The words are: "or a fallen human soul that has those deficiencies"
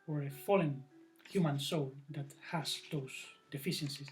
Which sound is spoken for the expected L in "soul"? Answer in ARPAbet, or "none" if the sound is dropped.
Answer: L